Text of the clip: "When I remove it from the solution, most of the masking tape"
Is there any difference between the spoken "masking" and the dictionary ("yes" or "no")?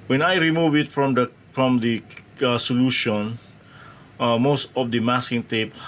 yes